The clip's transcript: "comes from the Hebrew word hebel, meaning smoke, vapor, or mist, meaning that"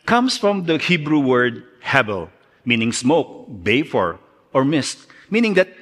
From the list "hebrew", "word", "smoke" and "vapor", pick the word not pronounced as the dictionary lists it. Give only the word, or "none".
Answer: vapor